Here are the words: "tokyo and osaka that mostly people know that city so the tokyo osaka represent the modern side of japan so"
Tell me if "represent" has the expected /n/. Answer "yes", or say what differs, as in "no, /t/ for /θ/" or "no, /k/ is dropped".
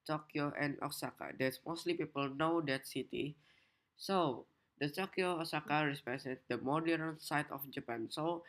no, /n/ is dropped